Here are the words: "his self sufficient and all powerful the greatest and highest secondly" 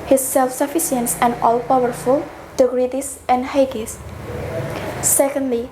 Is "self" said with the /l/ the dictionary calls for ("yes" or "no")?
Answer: yes